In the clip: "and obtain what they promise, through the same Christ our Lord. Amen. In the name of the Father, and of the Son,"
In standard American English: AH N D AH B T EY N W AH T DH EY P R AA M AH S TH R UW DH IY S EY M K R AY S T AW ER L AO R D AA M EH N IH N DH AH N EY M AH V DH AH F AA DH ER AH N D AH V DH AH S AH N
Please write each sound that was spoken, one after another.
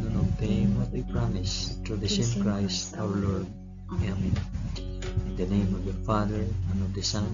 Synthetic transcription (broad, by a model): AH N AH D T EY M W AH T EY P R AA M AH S T R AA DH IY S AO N K R AY S T AW ER L AO R D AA M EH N IH N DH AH N EY M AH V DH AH F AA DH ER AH N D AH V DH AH S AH N